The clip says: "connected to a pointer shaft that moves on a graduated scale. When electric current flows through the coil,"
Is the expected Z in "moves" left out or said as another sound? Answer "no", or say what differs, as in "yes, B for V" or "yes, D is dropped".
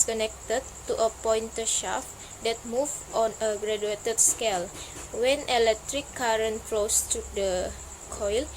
yes, Z is dropped